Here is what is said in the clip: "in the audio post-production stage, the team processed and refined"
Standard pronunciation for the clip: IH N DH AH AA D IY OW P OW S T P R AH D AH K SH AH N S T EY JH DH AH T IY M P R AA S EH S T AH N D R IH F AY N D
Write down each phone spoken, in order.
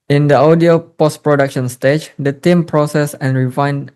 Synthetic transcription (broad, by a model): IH N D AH AA D IY OW P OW S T P R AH D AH K SH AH N S T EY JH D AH T IY M P R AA S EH S AH N R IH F AY N